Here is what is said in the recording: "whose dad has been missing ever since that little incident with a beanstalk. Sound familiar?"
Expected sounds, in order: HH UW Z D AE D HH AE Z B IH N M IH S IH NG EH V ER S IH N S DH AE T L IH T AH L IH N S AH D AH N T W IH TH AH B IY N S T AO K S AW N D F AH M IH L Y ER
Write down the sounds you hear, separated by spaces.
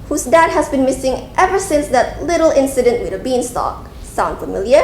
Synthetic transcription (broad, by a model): HH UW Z D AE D HH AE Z B IH N M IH S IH NG EH V ER S IH N S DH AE T L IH T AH L IH N S AH D AH N T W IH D AH B IY N S T AO K S AW N D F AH M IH L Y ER